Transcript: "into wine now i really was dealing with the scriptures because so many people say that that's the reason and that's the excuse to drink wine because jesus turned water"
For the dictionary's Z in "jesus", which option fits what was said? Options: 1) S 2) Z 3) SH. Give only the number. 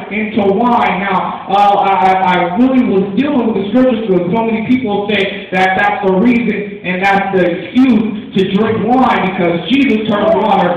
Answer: 2